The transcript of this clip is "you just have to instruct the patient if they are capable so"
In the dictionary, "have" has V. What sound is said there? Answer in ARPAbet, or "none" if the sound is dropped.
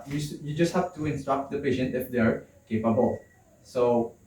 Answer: F